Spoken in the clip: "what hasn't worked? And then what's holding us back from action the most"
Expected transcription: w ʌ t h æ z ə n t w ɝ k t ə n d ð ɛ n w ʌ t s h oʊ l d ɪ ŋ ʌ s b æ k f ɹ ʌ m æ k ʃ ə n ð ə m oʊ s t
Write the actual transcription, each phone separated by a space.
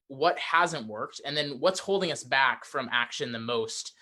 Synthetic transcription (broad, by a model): w ʌ t h æ z ə n t w ɝ k t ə n ð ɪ n w ʌ t s h oʊ l d ɪ ŋ ʌ s b æ k f ɹ ʌ m æ k ʃ ə n ð ə m oʊ s t